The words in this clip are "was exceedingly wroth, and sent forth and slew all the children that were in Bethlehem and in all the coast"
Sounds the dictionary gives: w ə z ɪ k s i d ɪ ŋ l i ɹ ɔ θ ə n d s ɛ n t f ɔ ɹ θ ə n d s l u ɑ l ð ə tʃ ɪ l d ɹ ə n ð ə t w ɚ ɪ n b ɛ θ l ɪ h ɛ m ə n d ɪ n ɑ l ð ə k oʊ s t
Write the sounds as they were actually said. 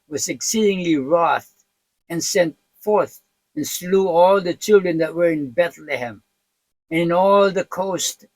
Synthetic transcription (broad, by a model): w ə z ɪ k s i d ɪ ŋ l i ɹ ɔ θ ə n s ɛ n t f ɔ ɹ θ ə n s l u ɑ l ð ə tʃ ɪ l d ɹ ə n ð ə t w ɚ ɪ n b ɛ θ l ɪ h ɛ m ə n ɪ n ɑ l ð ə k oʊ s t